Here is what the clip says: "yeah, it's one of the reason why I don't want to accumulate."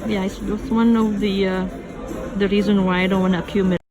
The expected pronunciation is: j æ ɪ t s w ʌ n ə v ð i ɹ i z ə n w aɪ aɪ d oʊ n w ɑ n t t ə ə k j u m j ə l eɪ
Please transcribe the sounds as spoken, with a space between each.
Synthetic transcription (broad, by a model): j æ ɪ t s w ʌ n ə v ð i ɹ i z ə n w aɪ aɪ d oʊ n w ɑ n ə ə k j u m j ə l